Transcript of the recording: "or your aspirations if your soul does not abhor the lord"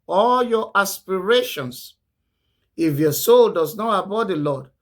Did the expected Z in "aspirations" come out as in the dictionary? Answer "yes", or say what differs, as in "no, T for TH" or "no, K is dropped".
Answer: no, S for Z